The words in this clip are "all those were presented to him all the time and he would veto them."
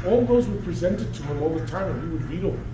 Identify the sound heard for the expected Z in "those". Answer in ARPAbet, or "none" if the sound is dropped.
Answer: Z